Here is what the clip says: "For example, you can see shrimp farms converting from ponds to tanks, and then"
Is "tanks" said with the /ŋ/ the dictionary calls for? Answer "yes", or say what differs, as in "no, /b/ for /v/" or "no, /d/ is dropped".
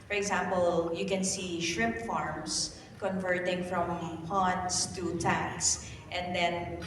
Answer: no, /ŋ/ is dropped